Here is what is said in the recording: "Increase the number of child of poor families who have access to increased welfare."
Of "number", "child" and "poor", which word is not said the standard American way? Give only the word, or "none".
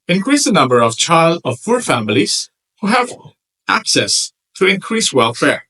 poor